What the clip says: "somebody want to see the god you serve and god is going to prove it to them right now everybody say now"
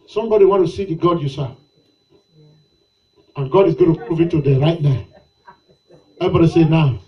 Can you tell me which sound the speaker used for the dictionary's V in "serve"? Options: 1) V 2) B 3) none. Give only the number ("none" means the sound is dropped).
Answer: 3